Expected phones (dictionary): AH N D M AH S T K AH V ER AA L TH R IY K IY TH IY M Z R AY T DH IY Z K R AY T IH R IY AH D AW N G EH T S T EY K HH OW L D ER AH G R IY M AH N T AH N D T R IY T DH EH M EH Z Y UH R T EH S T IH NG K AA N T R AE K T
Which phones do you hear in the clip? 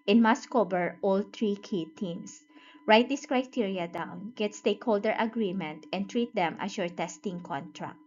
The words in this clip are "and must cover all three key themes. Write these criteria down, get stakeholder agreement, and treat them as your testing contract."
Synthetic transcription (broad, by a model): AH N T M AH S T K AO B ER AA L T R IY K IY T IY M S R AY T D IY S K R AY T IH R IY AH D AW N G EH T S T EY K HH OW L D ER AH G R IY M AH N T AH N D T R IY T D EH M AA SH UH R T EH S T IH NG K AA N T R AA K T